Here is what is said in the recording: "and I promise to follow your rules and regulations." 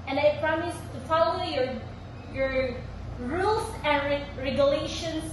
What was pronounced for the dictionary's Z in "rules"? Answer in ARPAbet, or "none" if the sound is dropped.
S